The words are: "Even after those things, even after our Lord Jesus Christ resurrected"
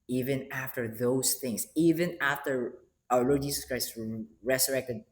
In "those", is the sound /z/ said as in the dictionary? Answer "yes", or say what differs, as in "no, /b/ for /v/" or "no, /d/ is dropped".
no, /s/ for /z/